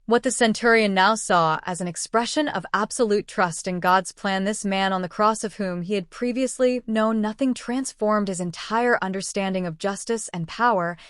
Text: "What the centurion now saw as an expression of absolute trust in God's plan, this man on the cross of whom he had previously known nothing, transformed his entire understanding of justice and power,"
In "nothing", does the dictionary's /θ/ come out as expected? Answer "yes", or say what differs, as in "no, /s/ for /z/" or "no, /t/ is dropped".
yes